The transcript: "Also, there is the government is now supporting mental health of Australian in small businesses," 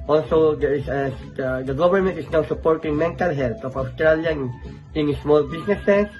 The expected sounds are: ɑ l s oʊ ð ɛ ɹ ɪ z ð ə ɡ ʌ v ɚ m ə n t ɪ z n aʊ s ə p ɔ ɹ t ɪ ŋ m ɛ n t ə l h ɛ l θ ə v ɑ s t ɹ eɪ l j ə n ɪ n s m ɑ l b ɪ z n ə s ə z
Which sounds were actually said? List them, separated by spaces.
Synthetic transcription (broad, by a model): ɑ l s oʊ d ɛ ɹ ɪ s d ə ɡ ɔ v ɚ m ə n t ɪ s n aʊ s ə p ɔ ɹ t ɪ ŋ m ɛ n t ə l h ɛ l t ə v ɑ s t ɹ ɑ l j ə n ɪ n s m ɑ l b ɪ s n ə s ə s